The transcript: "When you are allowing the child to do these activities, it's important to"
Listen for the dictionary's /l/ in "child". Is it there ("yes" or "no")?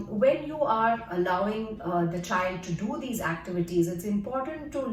yes